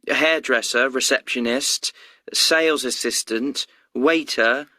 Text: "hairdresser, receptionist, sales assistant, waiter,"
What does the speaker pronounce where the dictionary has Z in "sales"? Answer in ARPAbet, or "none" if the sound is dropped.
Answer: Z